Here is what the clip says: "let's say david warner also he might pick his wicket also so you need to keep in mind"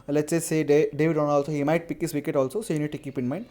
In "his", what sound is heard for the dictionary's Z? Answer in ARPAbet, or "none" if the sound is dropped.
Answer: S